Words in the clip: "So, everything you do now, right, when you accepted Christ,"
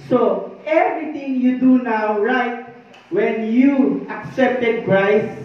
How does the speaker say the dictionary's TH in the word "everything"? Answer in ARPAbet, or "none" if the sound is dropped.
T